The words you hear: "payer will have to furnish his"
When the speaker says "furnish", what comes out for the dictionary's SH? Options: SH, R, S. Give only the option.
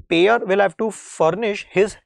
SH